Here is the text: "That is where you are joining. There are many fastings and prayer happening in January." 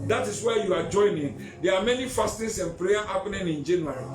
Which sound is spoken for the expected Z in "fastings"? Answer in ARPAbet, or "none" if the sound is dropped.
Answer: S